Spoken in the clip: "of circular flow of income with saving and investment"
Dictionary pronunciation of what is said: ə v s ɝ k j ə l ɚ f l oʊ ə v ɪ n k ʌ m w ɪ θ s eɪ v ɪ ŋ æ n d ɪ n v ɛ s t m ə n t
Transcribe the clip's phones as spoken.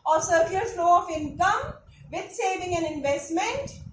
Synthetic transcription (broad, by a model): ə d s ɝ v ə ɚ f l oʊ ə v ɪ n k ʌ m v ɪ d s eɪ v ɪ ŋ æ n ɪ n v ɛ s t m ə n t